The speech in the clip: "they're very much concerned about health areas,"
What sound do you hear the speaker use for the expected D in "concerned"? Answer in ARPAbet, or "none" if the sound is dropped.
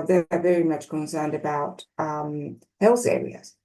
D